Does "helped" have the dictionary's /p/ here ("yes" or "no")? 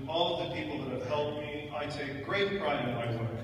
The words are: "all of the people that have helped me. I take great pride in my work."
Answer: no